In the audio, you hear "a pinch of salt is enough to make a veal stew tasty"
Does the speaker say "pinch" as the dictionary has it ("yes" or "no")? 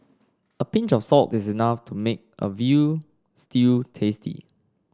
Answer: yes